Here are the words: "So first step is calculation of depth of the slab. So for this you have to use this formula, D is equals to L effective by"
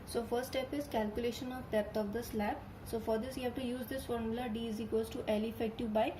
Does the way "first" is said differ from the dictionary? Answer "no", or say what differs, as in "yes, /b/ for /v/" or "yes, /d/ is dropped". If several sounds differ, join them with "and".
yes, /s/ is dropped